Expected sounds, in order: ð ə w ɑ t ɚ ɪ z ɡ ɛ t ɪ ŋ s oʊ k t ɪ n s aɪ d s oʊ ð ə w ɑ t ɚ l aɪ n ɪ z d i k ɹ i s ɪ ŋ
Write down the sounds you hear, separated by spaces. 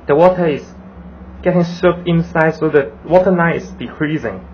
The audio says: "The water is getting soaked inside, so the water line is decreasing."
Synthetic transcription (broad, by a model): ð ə w ɑ t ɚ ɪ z ɡ ɛ t ɪ ŋ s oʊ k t ɪ n s aɪ d s oʊ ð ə w ɑ t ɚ n aɪ ɪ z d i k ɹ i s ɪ ŋ